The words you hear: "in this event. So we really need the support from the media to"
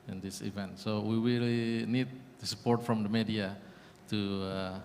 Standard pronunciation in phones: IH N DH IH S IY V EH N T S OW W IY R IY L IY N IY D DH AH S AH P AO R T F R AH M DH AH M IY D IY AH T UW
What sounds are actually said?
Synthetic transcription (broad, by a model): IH N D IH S IY V EH N T S OW W IY W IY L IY N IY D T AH S AH P AO R T F R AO M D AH M IY D IY AH T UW